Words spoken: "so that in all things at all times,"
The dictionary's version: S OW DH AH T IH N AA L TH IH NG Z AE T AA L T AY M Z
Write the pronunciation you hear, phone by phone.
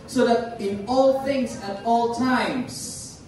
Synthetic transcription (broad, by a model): S OW DH AH T IH N AA L TH IH NG Z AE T AA L T AY M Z